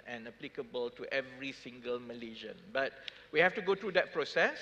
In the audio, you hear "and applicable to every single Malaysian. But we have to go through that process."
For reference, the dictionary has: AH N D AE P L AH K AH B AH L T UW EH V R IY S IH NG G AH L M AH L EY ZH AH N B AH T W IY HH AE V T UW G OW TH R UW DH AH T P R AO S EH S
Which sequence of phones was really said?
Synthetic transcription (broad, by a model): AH N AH P L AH K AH B AH L T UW EH V R IY S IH NG G AH L M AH L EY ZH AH N B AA T W IY HH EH F T UW G OW T R UW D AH T P R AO S EH S